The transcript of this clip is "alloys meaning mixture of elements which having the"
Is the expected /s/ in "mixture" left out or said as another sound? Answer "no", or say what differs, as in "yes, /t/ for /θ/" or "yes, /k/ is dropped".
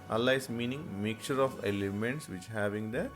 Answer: yes, /s/ is dropped